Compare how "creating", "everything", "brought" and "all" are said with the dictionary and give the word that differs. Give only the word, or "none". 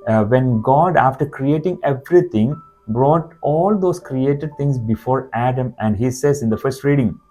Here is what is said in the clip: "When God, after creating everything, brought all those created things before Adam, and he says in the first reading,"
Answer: everything